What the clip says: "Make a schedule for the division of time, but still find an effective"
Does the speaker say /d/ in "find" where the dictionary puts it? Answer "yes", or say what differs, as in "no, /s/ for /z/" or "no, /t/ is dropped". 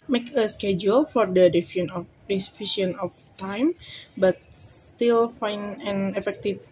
no, /d/ is dropped